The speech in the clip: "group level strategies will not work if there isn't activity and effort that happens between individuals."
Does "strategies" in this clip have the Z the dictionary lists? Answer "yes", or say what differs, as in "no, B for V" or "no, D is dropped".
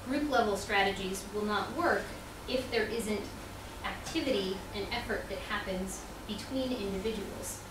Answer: yes